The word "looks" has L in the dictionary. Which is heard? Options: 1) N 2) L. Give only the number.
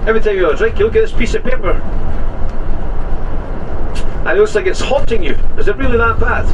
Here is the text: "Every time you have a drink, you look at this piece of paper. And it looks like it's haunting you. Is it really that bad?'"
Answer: 1